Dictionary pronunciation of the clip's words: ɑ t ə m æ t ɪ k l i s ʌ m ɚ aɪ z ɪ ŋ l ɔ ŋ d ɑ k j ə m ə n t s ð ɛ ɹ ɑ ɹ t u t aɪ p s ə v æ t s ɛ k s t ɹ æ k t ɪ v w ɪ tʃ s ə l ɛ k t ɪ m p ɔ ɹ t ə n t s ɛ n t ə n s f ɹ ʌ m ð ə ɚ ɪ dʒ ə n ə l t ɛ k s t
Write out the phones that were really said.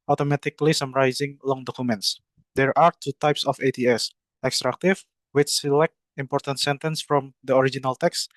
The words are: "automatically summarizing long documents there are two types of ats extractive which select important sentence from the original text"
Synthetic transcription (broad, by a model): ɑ t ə m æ t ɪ k l i s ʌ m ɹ aɪ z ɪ ŋ l ɔ ŋ d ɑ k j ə m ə n t s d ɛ ɹ ɑ ɹ t u t aɪ p s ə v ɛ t s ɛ k s t ɹ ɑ k t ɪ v w ɪ tʃ s ə l ɛ k t ɪ m p ɔ ɹ t ə n t s ɛ n t ə n s f ɹ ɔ m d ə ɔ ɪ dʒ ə n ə l t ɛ k s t